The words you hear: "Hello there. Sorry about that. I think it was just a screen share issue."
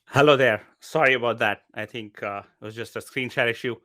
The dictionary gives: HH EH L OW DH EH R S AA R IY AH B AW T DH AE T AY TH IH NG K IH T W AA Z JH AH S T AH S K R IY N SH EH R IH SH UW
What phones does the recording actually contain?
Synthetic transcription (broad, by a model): HH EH L OW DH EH R S AA R IY AH B AW T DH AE T AY T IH NG K IH T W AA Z JH AH S T AH S K R IY N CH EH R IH SH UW